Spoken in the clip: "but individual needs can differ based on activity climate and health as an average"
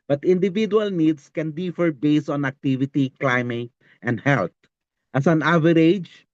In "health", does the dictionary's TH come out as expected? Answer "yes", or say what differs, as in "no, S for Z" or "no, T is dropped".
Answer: no, T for TH